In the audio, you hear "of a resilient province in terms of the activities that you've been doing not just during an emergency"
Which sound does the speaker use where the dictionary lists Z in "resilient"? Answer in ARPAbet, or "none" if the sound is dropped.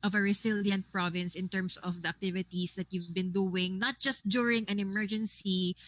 S